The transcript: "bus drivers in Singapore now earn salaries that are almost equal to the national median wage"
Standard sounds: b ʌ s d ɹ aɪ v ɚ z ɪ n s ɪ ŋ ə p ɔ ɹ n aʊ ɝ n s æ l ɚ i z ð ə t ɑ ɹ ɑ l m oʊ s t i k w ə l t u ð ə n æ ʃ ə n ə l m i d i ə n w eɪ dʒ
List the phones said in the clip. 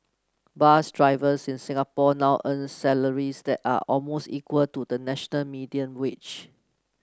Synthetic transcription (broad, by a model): b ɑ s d ɹ aɪ v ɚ s ɪ n s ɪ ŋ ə p ɔ n aʊ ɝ n s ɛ l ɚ i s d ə t ɑ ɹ ɑ l m oʊ s t i k w ə l t u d ə n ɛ ʃ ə n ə l m i d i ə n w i tʃ